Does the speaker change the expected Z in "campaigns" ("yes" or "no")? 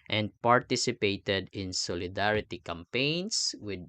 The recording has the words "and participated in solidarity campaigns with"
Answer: yes